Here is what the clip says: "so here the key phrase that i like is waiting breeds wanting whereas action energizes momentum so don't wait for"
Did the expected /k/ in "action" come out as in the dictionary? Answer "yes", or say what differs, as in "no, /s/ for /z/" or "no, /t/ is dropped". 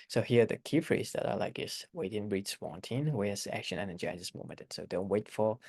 yes